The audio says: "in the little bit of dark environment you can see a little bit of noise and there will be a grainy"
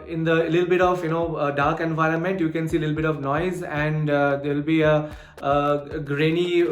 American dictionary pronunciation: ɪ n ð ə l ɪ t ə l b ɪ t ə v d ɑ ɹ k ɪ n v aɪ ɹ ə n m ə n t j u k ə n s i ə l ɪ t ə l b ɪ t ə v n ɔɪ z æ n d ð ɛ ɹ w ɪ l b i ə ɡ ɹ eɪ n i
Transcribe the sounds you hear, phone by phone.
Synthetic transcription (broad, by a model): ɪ n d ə l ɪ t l b ɪ t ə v d ɑ ɹ k ɪ n v aɪ ɹ ə n m ə n t j u k ə n s i l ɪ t l b ɪ t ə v n ɔɪ z æ n d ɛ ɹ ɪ l b i ə ɡ ɹ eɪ n i